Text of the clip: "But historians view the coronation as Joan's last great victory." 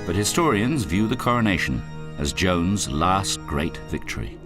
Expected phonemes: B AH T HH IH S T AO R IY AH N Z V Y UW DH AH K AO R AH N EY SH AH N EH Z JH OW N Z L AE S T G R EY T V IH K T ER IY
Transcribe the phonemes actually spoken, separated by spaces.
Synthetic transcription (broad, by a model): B AH T HH IH S T AO R IY AH N Z V Y UW DH AH K AO R AH N EY SH AH N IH Z JH OW N Z L AE S T G R EY T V IH K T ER IY